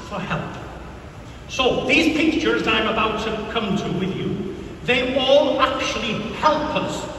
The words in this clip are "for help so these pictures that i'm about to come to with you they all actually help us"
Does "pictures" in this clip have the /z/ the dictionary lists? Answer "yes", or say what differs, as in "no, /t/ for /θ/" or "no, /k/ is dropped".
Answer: yes